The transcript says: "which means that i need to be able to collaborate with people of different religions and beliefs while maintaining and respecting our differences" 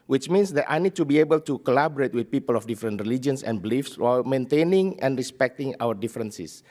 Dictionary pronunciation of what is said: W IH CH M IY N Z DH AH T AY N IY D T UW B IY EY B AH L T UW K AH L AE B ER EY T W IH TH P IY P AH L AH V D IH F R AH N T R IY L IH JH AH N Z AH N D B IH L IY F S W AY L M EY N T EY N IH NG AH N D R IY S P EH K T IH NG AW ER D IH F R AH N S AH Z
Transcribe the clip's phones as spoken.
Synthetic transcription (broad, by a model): W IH CH M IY N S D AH T AY N IY D T UW B IY EY B AH L T UW K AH L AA B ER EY T W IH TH P IY P AH L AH F D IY F R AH N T R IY L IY JH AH N S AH N B IH L IY F S W AY L M EY N T EY N IH NG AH N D R IY S P EH K T IH NG AW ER D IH F R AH N S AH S